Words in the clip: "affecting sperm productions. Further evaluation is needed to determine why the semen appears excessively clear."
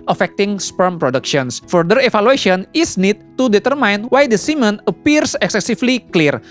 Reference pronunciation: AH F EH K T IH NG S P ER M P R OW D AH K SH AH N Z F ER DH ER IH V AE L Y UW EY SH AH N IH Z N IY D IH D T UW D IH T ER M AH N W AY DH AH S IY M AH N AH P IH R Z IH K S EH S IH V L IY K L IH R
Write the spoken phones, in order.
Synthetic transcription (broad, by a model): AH F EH K T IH NG S P ER M P R OW D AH K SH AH N S F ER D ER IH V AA L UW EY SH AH N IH S N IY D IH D T UW D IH T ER M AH N W AY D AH S IY M AH N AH P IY R S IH K S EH S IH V L IY K L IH R